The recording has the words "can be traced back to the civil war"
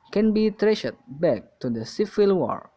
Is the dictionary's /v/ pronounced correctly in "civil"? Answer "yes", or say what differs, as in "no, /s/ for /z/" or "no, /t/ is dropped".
no, /f/ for /v/